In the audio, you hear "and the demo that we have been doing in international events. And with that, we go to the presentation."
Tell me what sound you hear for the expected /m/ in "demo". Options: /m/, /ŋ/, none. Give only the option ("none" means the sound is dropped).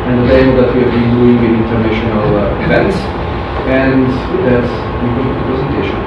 none